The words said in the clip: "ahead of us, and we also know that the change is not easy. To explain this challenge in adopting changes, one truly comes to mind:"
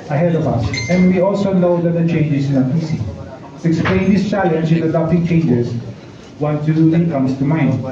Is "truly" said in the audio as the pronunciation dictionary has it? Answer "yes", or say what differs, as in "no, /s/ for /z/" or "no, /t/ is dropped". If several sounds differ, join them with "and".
no, /ɹ/ is dropped and /l/ is dropped